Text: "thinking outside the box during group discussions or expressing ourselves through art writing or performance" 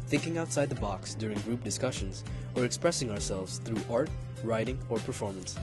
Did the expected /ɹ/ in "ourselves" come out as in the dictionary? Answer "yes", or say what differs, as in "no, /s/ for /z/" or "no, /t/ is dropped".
yes